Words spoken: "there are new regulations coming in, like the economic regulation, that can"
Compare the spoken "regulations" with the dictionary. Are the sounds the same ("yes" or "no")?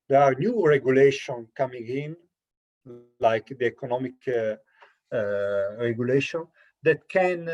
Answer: no